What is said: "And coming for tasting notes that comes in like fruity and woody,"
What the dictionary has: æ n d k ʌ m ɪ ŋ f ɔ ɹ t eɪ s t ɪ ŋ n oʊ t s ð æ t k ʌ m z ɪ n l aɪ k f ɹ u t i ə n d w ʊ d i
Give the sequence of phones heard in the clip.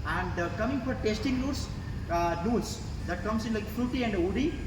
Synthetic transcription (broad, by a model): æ n d k ʌ m ɪ ŋ f ɔ ɹ t eɪ s t ɪ ŋ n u s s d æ t k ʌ m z ɪ n l aɪ k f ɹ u t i ə n d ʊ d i